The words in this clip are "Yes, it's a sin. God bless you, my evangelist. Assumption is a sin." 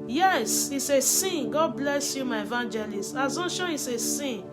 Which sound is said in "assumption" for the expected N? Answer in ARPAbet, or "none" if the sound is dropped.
none